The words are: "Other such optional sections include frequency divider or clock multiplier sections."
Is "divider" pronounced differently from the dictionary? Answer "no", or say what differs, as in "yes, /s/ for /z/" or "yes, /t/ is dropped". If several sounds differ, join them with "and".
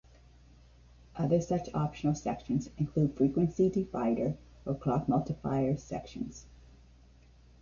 yes, /f/ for /v/